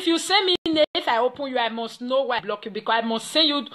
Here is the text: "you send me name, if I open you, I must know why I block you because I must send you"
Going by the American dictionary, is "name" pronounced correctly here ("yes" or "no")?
no